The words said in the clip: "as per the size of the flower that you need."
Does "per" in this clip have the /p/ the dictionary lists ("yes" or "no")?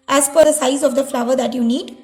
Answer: no